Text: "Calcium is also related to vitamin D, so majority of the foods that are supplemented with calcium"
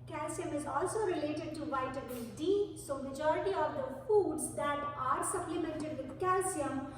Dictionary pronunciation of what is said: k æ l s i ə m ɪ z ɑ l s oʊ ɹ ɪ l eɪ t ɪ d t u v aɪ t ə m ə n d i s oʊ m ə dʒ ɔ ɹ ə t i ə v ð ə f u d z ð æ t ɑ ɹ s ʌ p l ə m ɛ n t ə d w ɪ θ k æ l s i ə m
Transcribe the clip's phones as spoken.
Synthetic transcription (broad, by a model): k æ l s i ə m ɪ z ɑ l s oʊ ɹ ɪ l eɪ t ɪ d t u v aɪ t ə ə d i s oʊ m ə dʒ ɔ ɹ ə t i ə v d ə f u d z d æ t ɑ ɹ s ʌ p l ə m ɛ n t ə d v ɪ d k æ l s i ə m